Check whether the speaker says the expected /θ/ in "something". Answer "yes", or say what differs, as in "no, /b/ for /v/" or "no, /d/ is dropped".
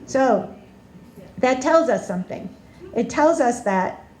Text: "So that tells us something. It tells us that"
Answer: yes